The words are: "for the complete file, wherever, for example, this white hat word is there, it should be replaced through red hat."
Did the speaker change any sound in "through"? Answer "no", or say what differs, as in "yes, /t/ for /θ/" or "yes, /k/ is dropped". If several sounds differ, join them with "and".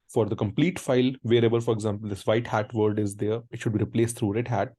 yes, /t/ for /θ/